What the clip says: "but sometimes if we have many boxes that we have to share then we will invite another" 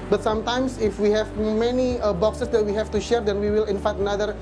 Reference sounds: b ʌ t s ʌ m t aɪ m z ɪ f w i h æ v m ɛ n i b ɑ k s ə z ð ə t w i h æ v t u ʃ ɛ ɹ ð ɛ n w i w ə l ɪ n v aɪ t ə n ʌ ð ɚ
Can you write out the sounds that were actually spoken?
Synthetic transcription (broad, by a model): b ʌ t s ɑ m t aɪ m s ɪ f w i h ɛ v m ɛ n i b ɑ k s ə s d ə t w i h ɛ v t u ʃ ɛ ɹ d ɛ n w i w ə l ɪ n f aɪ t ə n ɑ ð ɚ